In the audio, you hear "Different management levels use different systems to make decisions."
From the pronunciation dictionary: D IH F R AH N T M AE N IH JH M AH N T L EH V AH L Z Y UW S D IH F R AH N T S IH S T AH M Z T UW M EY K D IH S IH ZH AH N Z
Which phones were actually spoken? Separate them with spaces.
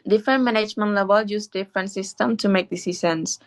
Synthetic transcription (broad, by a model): D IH F R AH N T M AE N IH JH M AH N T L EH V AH L Y UW S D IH F R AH N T S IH S T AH M T UW M EY K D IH S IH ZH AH N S